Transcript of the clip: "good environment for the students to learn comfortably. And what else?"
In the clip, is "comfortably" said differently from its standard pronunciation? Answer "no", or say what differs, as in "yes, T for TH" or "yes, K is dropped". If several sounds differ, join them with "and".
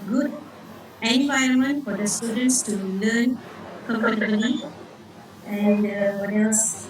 yes, P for F